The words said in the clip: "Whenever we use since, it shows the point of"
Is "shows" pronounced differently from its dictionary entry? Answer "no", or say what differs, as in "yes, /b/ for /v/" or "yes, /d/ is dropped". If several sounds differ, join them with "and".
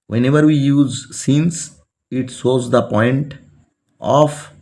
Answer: yes, /s/ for /ʃ/